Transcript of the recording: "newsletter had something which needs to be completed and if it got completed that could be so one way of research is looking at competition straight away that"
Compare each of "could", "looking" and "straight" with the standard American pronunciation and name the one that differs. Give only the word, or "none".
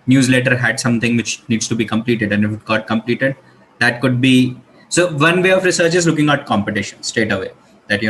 straight